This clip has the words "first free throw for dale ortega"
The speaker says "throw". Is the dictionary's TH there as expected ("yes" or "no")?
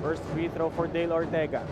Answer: no